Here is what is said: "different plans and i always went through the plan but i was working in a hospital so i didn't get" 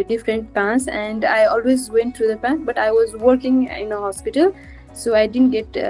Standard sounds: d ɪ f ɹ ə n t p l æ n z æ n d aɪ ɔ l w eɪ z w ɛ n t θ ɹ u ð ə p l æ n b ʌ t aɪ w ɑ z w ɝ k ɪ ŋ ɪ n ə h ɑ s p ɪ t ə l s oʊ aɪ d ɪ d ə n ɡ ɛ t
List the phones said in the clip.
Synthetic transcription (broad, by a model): d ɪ f ɹ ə n t p æ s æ n d aɪ ɔ l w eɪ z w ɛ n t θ ɹ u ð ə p æ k b ʌ t aɪ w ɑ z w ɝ k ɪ ŋ ɪ n ə h ɑ s p ɪ t ə l s oʊ aɪ d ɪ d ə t ɡ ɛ t